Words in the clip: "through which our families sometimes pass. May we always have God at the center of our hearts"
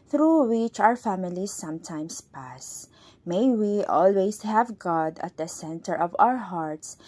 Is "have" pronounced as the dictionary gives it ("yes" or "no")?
yes